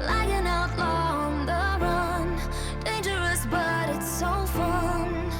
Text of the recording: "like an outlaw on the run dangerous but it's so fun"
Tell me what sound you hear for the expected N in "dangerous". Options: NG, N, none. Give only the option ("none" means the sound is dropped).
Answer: N